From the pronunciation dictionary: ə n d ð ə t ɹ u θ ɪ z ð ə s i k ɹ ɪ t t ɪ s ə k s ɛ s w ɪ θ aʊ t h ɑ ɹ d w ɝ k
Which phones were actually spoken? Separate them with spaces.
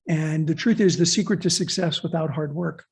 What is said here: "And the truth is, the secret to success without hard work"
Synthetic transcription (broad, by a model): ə n ð ə t ɹ u θ ɪ z ð ə s i k ɹ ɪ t t ɪ s ə k s ɛ s w ɪ θ aʊ t h ɑ ɹ d w ɝ k